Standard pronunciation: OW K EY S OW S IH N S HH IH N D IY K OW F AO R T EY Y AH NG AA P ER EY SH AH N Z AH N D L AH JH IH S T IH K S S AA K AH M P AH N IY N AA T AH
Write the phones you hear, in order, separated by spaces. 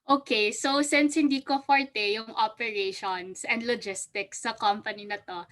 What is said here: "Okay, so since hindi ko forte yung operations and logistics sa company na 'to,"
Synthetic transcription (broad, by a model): OW K EY S OW S IH N S HH IH N D IY K OW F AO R T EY Y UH NG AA P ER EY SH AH N S AH N D L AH JH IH S T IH K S S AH K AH M P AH N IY N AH T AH